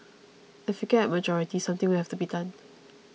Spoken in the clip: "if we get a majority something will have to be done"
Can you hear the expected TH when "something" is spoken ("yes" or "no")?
no